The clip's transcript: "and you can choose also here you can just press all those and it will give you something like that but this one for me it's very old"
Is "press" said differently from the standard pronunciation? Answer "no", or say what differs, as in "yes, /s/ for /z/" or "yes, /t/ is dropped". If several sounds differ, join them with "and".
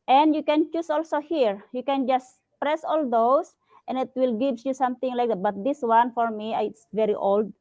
no